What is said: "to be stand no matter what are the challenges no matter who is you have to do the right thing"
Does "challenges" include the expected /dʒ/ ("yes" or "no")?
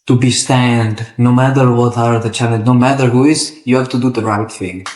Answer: no